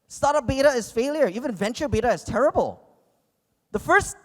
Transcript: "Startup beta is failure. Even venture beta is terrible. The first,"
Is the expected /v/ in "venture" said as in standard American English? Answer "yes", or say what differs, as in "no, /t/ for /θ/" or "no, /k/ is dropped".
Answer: yes